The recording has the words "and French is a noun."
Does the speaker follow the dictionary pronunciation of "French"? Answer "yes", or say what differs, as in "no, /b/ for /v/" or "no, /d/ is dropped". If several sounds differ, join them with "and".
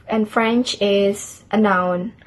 yes